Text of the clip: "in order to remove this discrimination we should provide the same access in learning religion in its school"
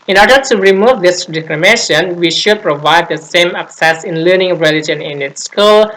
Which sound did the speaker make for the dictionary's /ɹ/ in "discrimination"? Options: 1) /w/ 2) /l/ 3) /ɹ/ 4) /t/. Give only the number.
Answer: 2